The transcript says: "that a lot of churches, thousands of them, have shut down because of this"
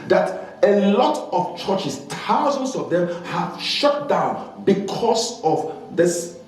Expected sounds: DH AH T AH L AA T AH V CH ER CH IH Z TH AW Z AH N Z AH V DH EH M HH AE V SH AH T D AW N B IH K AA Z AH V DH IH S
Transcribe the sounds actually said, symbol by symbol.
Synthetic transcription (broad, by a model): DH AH T AH L AA T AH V CH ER CH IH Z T AW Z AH N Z AH V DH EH M HH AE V SH AH T D AW N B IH K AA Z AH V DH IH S